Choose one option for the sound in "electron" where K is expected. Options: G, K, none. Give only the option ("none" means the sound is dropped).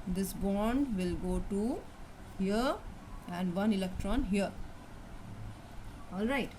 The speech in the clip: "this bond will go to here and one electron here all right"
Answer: K